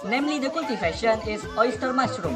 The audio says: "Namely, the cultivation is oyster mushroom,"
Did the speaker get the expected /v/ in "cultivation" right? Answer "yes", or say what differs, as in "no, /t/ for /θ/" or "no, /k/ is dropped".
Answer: no, /f/ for /v/